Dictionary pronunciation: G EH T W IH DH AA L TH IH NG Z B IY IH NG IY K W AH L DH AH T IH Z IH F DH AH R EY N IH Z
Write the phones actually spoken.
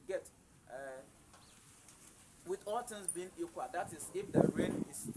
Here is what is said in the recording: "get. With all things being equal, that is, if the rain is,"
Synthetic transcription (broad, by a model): G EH T W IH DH AA L T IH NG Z B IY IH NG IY K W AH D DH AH T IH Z IH F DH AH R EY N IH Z